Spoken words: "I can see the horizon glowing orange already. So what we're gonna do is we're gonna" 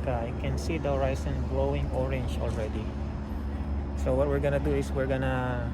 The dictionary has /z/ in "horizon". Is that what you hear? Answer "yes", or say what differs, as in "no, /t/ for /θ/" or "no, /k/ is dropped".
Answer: no, /s/ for /z/